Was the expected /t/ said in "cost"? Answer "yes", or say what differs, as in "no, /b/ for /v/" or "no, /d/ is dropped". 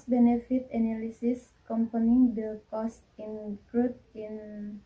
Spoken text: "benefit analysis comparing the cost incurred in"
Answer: yes